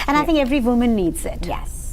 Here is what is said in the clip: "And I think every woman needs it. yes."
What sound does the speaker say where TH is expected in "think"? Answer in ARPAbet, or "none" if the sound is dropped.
TH